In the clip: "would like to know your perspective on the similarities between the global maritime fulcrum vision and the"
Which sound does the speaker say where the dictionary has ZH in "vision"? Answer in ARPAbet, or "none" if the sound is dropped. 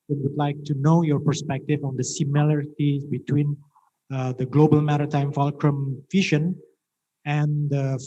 SH